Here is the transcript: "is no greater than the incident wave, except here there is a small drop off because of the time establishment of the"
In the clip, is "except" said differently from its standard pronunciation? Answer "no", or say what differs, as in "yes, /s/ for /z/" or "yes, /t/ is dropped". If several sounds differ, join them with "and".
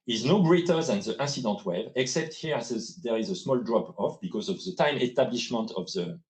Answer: no